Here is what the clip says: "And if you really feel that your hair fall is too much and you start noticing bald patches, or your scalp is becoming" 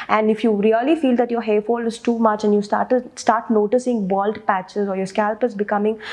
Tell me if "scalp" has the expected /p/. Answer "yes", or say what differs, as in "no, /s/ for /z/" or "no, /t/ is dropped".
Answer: yes